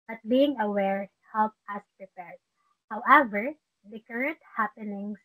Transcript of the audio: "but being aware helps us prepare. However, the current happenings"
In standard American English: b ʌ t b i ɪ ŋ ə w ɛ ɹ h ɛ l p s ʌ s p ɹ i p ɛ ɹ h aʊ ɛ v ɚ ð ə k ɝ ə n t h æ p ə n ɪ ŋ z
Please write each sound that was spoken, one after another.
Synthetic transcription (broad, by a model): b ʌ t b i ɪ ŋ ə w ɛ ɹ h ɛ l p ʌ s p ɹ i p ɛ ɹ h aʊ ɛ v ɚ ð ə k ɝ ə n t h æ p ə n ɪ ŋ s